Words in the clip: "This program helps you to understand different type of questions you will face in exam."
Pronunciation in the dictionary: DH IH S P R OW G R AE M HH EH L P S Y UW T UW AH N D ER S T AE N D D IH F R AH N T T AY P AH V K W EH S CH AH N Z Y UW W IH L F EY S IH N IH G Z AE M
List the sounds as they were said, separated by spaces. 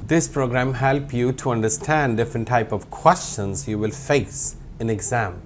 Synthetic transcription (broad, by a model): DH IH S P R OW G R AE M HH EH L P Y UW T UW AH N D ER S T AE N D D IH F R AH N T T AY P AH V K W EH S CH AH N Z Y UW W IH L F EY S IH N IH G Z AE M